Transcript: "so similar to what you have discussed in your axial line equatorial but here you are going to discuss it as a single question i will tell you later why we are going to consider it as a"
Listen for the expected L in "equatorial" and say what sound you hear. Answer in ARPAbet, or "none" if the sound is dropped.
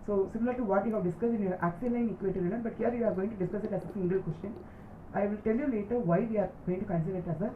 N